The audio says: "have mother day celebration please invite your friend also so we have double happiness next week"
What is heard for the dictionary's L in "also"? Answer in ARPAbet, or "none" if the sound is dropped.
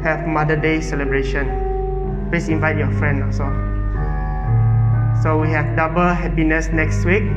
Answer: none